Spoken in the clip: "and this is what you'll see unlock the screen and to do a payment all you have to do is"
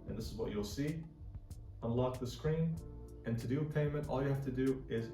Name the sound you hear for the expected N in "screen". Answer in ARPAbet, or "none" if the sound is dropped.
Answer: N